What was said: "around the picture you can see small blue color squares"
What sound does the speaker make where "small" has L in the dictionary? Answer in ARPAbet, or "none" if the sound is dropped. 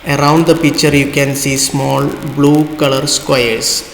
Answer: L